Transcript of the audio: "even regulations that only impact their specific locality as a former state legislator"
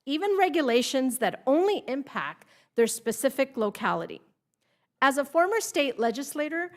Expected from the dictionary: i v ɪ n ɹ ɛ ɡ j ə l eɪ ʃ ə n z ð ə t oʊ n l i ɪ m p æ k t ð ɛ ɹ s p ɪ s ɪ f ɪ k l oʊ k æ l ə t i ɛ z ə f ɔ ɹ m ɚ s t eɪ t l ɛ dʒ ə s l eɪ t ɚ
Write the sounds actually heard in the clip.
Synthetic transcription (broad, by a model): i v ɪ n ɹ ɛ ɡ j ə l eɪ ʃ ə n z ð ə t oʊ n l i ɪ m p æ k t ð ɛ ɹ s p ɪ s ɪ f ɪ k l oʊ k æ l ə t i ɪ z ə f ɔ ɹ m ɚ s t eɪ t l ɛ dʒ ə s l eɪ t ɚ